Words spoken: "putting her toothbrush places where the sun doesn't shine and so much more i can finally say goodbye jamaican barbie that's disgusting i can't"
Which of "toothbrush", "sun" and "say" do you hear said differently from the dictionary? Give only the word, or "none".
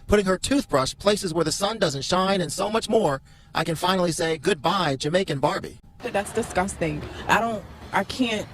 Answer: none